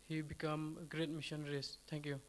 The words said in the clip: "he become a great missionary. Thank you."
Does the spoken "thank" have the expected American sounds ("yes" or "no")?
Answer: no